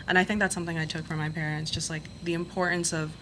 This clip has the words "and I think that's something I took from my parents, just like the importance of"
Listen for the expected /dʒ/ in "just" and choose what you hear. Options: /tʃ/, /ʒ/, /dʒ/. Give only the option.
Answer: /ʒ/